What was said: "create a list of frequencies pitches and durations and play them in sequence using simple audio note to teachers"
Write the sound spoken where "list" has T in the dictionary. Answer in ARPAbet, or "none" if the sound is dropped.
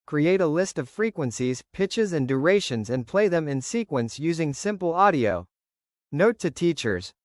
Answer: T